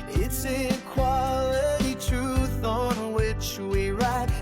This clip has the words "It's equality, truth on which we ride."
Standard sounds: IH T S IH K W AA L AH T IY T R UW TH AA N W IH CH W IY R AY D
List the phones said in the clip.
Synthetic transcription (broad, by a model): IH T S IH K W AA L AH T IY T R UW TH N W IH CH W IY R AY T